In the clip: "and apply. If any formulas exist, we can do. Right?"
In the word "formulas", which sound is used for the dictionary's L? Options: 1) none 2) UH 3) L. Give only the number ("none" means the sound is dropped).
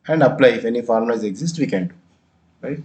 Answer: 1